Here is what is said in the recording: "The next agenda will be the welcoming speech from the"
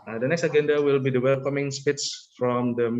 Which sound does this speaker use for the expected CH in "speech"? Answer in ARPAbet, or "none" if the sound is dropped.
S